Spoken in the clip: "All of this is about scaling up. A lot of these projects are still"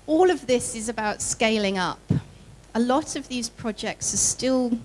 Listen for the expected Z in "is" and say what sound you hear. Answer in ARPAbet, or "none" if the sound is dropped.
Z